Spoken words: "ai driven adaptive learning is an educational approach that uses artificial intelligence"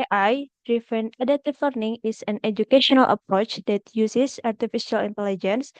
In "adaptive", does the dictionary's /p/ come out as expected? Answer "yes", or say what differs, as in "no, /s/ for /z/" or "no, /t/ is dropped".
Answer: no, /p/ is dropped